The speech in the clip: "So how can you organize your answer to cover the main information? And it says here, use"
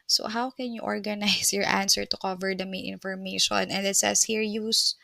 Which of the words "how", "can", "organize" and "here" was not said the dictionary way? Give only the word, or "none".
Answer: organize